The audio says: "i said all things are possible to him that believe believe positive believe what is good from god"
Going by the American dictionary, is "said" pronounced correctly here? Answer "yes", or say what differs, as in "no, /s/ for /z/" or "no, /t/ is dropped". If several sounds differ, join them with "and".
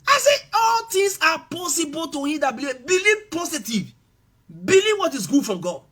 no, /d/ is dropped